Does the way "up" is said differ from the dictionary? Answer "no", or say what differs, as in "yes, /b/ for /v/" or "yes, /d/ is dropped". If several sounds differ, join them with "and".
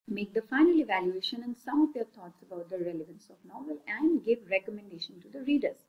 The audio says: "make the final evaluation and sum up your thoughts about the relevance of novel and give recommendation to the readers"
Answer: yes, /f/ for /p/